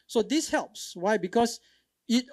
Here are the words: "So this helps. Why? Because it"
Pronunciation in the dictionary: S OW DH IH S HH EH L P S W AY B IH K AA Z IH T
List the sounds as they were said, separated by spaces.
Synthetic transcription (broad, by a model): S OW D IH S HH EH L P S W AY B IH K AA S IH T